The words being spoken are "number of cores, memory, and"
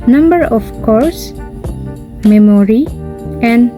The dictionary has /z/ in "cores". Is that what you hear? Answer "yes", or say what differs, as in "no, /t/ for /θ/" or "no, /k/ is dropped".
no, /s/ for /z/